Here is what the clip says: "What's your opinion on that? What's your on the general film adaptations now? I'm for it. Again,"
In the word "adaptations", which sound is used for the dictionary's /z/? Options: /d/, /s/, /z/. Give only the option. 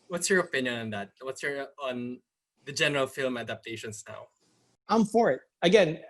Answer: /s/